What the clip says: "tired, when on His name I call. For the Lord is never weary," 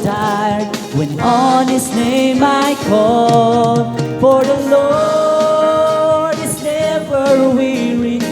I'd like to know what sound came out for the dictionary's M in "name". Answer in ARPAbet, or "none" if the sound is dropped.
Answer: M